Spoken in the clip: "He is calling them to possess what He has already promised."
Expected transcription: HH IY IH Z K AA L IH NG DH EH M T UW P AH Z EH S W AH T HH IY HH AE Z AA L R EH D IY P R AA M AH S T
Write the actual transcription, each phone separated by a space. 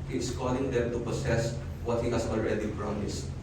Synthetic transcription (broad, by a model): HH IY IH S K AA L IH NG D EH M T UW P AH S EH S W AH T HH IY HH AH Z AA L R EH D IY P R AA M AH S T